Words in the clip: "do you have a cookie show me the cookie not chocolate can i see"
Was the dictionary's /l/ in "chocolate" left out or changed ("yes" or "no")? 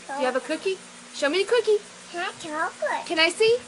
yes